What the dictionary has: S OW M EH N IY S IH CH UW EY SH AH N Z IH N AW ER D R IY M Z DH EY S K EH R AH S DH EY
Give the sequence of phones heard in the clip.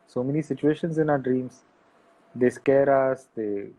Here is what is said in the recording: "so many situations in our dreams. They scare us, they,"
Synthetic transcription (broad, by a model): S OW M EH N IY S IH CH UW EY SH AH N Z IH N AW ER D R IY M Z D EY S K EH R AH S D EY